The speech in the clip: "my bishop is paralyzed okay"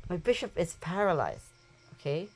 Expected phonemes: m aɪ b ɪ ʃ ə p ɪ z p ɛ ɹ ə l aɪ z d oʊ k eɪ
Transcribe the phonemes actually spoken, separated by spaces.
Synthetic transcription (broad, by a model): m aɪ b ɪ ʃ ə p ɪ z p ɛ ɹ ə l aɪ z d oʊ k eɪ